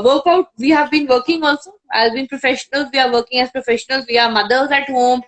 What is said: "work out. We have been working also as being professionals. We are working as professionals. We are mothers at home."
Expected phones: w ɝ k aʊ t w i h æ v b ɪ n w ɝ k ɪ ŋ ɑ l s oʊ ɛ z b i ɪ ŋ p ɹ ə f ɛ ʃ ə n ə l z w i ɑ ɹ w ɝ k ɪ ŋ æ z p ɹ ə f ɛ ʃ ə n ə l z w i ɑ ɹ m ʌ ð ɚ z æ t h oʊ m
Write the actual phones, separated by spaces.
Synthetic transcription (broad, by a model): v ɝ k aʊ t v i h æ v b ɪ n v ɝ k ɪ ŋ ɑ l s oʊ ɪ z b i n p ɹ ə f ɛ ʃ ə n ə l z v i ɑ ɹ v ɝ k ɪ ŋ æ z p ɹ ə f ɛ ʃ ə n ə l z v i ɑ ɹ m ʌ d ɚ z æ t h oʊ m